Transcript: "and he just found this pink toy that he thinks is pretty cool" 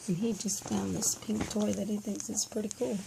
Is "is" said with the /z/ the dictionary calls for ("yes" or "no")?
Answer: no